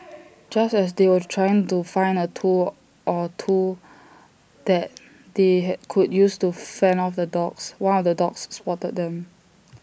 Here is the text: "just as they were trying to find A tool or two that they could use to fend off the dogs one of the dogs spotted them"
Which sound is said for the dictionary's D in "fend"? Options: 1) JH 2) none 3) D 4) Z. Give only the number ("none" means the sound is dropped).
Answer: 2